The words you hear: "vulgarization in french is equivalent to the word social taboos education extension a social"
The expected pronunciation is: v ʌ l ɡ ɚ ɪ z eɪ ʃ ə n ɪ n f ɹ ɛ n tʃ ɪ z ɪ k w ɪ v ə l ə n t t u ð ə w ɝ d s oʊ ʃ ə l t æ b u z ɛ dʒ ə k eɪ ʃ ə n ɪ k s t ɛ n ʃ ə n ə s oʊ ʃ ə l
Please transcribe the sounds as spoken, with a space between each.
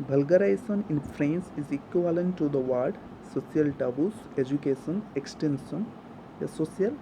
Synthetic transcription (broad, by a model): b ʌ l ɡ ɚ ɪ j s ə n ɪ n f ɹ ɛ n s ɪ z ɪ k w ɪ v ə l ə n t t u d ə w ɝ d s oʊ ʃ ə l t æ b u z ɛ dʒ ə k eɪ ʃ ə n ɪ k s t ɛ n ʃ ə n ə s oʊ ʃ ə l